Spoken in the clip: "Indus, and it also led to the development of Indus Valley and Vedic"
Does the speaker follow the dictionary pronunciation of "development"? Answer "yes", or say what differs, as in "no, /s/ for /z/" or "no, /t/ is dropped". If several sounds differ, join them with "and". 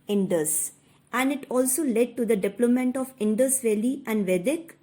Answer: no, /p/ is dropped